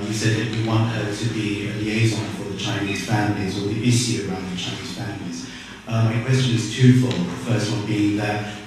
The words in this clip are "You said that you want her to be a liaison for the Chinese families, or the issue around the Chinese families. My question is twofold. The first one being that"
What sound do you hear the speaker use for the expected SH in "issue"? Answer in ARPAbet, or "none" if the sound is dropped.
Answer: S